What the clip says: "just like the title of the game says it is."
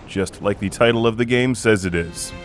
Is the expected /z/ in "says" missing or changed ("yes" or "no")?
no